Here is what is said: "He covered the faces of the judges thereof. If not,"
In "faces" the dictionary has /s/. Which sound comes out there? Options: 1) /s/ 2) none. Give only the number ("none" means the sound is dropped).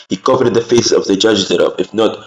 2